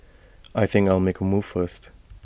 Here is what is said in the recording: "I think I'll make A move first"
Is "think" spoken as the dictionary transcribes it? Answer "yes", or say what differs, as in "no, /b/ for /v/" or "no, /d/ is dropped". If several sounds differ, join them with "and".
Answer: yes